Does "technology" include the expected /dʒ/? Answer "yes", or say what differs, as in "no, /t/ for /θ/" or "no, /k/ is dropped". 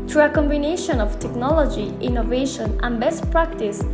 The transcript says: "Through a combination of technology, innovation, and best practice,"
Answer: yes